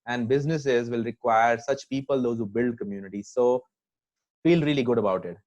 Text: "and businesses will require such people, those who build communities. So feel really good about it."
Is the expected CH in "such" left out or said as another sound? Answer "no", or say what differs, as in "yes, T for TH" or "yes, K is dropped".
no